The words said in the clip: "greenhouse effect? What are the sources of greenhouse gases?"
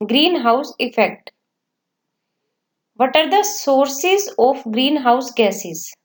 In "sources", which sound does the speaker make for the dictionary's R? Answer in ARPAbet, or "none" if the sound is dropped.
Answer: R